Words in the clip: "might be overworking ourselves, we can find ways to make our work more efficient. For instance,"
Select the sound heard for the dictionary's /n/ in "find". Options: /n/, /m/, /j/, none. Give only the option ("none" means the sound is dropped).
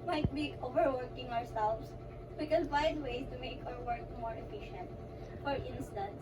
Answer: none